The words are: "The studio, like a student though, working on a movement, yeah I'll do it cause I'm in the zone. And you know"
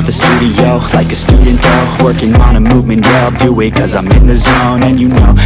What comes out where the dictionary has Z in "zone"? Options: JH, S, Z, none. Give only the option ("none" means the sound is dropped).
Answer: Z